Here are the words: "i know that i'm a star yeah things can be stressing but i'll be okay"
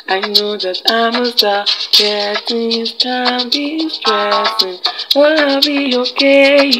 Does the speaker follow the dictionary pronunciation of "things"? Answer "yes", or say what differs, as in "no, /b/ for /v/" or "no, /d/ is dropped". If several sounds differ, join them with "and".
no, /t/ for /θ/